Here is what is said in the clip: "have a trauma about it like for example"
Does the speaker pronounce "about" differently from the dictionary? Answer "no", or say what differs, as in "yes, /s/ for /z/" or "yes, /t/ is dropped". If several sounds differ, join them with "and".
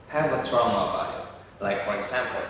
yes, /t/ is dropped